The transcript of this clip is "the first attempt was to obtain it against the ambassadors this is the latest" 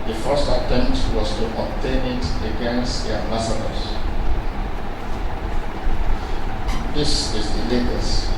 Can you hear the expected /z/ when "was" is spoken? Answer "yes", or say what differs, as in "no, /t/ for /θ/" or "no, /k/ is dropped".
no, /s/ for /z/